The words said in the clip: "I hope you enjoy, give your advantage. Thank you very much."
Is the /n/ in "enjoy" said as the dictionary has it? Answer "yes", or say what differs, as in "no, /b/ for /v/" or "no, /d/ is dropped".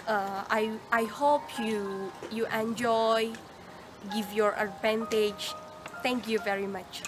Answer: yes